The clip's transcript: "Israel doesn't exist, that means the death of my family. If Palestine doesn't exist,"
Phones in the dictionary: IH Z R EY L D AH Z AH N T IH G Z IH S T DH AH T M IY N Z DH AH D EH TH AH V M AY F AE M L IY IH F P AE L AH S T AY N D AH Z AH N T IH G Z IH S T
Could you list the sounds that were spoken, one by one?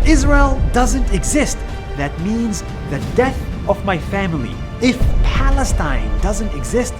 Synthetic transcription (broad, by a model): IH Z R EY L D AH Z AH N T IH G Z IH S T DH AH T M IY N Z DH AH D EH TH AH V M AY F AE M L IY IH F P AE L AH S T AY N D AH Z AH N T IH G Z IH S T